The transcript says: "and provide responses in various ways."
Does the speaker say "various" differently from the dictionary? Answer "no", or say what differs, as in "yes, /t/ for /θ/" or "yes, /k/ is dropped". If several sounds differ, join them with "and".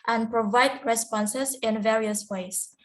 no